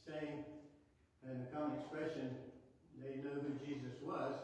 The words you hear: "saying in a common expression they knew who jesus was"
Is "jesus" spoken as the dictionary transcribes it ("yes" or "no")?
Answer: yes